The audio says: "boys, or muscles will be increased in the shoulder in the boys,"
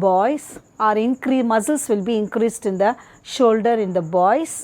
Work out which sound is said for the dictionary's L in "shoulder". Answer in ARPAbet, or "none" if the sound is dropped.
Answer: L